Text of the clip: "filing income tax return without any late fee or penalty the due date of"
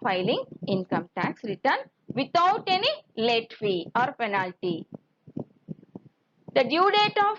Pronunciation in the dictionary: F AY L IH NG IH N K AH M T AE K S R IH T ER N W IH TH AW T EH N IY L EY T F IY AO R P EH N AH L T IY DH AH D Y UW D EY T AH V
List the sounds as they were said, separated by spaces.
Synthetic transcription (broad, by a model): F AY L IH NG IH N K AH M T AE K S R IH T ER N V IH T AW T EH N IY L EY T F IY AO R P EH N AH L T IY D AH D Y UW D EY T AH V